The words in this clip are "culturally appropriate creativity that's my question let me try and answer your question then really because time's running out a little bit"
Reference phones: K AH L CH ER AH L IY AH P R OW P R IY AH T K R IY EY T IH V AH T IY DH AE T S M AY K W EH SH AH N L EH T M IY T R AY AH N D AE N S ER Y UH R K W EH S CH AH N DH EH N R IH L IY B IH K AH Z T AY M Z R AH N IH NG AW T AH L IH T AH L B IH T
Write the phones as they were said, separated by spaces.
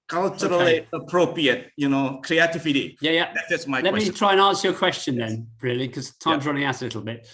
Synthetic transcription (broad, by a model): K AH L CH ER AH L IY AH P R OW P R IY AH T K R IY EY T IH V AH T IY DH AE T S M AY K L EH T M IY T R AY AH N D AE N S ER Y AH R K W EH S CH AH N DH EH N R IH IY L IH K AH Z T AY M Z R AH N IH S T AH L IH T L B IH T